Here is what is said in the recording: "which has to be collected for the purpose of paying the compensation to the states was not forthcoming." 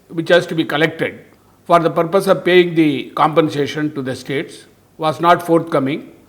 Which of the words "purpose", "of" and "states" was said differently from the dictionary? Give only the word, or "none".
none